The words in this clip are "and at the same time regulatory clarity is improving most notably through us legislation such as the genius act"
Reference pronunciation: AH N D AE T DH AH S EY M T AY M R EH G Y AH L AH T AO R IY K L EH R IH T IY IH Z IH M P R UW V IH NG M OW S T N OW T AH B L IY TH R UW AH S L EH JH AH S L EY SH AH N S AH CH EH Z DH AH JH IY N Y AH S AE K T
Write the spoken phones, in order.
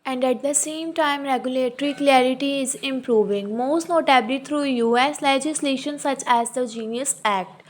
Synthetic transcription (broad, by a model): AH N D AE T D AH S EY M T AY M R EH G Y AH L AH T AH R IY K L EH R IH T IY IH Z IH M P R UW V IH NG M OW S T N OW T AH B L IY T R UW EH S L EH JH AH S L EY SH AH N S AH CH EH Z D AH JH IY N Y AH S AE K T